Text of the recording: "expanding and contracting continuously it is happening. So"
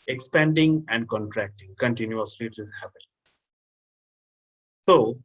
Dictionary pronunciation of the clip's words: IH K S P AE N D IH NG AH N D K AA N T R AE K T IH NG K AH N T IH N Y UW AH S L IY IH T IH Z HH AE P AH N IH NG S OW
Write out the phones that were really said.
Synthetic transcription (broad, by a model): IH K S P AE N D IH NG AH N D K AA N T R AE K T IH NG K AH N T IH N Y UW AH S L IY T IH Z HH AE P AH L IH S OW